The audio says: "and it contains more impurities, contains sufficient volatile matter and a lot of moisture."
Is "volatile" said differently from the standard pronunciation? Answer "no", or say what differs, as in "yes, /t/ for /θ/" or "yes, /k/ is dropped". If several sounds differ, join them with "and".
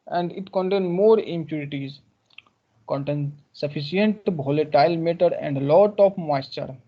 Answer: yes, /b/ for /v/